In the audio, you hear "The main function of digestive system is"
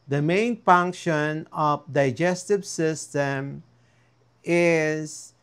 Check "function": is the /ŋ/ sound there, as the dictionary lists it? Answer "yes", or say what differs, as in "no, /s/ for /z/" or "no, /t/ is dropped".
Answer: yes